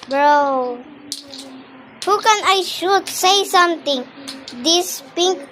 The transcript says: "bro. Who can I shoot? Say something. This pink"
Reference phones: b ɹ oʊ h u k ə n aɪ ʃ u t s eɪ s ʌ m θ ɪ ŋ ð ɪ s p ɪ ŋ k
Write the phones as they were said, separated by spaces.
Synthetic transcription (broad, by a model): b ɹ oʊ h u k ə n aɪ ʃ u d s eɪ s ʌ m t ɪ ŋ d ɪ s p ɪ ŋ k